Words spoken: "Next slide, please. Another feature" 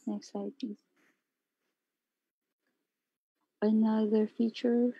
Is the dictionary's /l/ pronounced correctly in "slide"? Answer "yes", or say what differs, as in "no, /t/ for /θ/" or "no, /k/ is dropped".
no, /l/ is dropped